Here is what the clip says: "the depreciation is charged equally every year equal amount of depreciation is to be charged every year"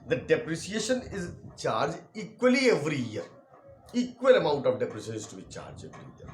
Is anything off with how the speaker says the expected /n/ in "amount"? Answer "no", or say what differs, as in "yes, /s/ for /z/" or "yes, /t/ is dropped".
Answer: no